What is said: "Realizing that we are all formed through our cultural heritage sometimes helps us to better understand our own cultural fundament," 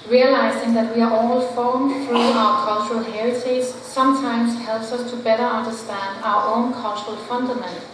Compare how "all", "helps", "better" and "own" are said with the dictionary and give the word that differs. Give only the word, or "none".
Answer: none